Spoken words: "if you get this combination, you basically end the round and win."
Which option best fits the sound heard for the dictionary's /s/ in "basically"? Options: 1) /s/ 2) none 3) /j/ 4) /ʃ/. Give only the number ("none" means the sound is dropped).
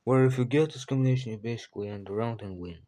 1